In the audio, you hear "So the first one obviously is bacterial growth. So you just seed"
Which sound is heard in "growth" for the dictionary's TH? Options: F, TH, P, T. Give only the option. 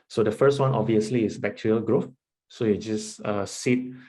F